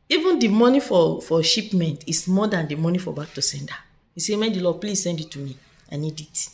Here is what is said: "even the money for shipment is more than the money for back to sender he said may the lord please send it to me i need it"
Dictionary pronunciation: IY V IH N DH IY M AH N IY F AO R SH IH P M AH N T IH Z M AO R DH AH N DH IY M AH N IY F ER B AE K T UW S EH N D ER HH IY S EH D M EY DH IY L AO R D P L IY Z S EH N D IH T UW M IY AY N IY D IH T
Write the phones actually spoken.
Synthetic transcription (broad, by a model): IY V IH N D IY M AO N IY F AO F SH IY P M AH N T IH S M AO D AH N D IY M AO N IY F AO B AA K T UW S EH N D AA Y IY S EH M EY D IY L AO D P L IY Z S EH N D IH T UW M IY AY N IY D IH T